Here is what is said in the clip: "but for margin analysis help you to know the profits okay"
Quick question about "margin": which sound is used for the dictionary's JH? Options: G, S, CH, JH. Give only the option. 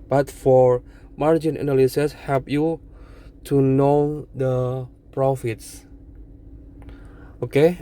JH